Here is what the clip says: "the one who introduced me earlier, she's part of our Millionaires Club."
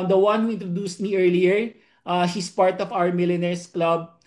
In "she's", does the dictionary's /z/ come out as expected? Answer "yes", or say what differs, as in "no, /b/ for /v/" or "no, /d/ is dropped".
no, /s/ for /z/